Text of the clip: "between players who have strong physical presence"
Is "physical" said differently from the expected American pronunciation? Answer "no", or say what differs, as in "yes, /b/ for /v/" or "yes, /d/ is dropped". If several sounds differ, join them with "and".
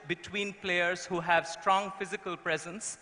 no